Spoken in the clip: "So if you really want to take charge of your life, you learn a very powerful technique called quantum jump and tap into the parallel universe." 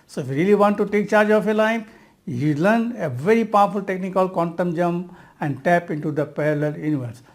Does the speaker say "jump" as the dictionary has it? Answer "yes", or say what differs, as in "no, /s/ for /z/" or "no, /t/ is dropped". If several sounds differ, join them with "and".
no, /p/ is dropped